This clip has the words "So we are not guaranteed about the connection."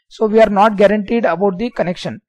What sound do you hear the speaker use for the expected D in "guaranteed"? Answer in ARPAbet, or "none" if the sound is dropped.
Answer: D